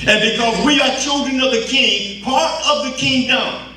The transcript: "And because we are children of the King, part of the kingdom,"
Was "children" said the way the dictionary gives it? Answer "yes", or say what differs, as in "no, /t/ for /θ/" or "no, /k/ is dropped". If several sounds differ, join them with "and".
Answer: yes